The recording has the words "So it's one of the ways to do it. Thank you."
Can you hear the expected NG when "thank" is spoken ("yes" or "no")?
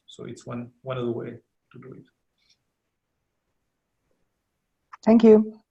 yes